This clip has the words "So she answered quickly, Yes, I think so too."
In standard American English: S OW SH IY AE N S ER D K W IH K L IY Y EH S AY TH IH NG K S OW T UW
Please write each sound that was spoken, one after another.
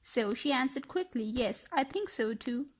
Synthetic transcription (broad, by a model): S OW SH IY AE N S ER D K W IH K L IY Y EH S AY TH IH NG K S OW T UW